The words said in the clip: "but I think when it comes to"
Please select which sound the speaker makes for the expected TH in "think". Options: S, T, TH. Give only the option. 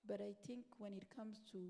T